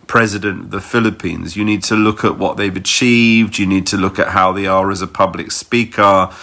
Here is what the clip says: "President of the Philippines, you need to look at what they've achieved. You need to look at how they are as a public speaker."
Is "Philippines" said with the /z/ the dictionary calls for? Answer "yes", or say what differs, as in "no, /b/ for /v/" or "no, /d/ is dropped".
yes